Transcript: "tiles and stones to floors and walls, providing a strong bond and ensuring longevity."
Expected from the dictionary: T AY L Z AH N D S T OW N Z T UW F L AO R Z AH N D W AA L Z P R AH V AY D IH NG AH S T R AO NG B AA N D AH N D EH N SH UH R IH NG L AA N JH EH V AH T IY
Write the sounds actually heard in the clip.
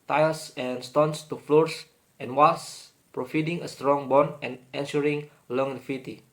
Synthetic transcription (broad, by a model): T AY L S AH N S T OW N S T UW F L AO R S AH N W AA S P R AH F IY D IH NG AH S T R AO NG B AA N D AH N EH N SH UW R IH NG L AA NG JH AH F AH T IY